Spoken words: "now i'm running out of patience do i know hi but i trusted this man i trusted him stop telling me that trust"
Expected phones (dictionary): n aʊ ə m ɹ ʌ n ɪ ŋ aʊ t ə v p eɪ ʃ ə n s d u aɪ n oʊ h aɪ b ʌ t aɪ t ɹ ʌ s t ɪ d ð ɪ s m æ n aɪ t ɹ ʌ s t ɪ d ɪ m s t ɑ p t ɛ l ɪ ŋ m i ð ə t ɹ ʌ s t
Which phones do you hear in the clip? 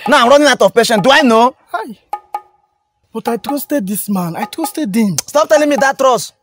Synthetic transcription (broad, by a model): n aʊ ə m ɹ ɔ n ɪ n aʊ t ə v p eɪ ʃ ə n d u aɪ n oʊ h aɪ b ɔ t aɪ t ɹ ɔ s t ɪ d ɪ s m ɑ n aɪ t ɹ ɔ s t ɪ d ɪ m s t ɑ p t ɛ l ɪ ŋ m i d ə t ɹ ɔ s